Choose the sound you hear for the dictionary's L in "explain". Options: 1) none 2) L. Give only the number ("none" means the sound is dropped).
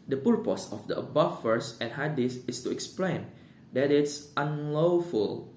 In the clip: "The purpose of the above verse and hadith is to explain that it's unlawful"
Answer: 2